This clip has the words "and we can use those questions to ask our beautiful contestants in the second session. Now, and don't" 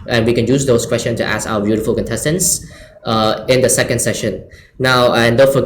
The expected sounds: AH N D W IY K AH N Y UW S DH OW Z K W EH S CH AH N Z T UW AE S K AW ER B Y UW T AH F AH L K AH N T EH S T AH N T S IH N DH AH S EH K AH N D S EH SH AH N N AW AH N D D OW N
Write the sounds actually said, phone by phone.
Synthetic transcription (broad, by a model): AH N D W IY K AH N Y UW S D OW S K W EH S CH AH N S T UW AE S K AW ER B Y UW T AH F AH L K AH N T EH S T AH N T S IH N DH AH S EH K AH N D S EH SH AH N N AW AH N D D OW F